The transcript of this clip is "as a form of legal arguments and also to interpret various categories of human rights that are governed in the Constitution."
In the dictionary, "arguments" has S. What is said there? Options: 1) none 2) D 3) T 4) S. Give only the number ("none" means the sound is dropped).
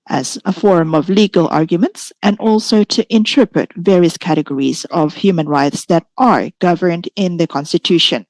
4